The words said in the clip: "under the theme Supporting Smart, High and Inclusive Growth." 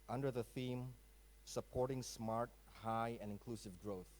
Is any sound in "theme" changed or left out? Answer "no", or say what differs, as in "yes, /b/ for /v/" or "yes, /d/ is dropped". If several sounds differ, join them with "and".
no